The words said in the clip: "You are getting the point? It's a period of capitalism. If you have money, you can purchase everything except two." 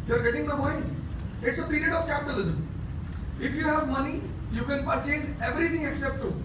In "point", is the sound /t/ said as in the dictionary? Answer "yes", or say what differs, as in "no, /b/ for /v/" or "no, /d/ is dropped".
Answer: no, /t/ is dropped